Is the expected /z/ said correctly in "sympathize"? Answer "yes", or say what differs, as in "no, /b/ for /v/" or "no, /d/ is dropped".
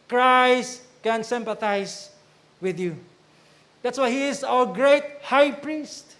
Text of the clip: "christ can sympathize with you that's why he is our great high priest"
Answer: no, /s/ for /z/